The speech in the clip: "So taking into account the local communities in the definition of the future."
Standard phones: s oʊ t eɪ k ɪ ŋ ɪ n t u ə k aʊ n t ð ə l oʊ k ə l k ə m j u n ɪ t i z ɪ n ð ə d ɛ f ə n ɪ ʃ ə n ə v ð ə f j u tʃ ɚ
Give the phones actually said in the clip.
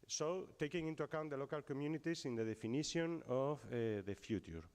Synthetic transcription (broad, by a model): s oʊ t eɪ k ɪ ŋ ɪ n t u ə k aʊ n t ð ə l oʊ k ə l k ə m j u n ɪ t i s ɪ n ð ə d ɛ f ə n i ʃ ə n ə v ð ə f j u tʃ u